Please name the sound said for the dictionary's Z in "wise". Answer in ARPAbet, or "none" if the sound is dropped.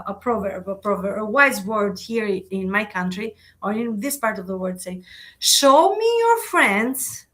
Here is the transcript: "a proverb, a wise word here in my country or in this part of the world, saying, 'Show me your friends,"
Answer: Z